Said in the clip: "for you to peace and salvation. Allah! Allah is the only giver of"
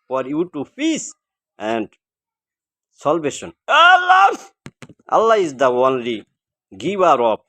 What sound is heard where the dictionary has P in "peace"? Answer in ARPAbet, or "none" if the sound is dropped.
F